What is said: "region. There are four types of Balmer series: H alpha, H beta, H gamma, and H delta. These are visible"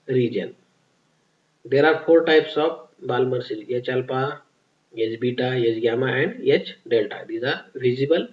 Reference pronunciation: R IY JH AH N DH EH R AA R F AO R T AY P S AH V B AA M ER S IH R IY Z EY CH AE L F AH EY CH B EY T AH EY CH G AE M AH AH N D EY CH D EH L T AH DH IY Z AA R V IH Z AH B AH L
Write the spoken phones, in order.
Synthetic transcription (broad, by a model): R IY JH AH N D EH R AA R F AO R T AY P S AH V B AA M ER S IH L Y EY CH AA L P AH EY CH B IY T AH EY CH G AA M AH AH N D EY CH D EH L T AH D IY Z AA R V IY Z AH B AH L